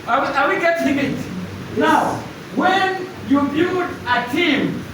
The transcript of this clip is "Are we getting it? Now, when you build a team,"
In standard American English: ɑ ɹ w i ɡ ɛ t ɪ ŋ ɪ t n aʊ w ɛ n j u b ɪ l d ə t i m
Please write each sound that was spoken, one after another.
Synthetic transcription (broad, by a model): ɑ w w i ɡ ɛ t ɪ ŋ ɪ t n aʊ w ɛ n j u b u d ə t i m